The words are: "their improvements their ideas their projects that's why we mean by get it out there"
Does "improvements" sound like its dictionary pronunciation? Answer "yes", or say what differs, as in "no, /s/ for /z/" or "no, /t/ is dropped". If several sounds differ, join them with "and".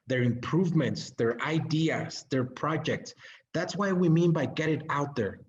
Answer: yes